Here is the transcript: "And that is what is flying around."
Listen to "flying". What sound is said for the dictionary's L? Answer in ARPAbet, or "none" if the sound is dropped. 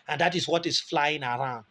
L